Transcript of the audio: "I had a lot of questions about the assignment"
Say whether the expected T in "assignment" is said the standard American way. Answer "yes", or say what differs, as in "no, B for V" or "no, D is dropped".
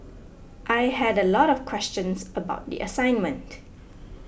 yes